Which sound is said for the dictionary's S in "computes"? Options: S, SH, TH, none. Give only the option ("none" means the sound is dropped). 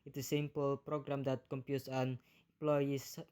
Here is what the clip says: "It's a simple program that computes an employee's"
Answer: S